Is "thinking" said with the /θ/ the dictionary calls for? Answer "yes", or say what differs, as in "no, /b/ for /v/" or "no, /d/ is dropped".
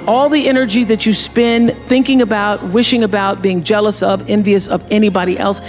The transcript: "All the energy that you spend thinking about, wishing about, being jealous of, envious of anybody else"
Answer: yes